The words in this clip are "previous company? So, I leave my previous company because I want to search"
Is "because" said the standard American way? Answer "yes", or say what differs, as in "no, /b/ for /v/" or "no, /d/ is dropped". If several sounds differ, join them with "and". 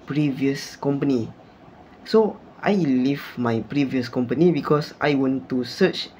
no, /s/ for /z/